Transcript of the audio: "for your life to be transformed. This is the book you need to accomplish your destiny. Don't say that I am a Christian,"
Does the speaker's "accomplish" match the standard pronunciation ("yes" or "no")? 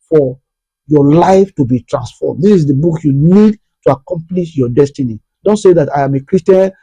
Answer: yes